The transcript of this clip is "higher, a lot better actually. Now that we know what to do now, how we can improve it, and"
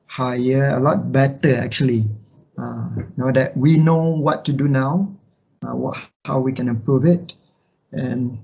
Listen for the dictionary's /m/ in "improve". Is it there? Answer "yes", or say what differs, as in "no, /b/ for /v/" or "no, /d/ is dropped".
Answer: no, /m/ is dropped